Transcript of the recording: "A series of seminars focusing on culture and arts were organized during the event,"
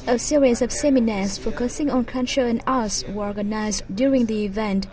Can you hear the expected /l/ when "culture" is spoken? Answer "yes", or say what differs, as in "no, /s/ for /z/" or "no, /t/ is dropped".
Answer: no, /n/ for /l/